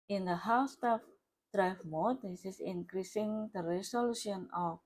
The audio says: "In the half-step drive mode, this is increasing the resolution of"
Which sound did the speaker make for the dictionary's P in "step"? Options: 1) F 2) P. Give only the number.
1